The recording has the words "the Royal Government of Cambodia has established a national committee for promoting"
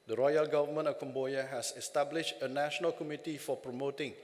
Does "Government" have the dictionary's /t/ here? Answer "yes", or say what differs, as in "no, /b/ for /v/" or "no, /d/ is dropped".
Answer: no, /t/ is dropped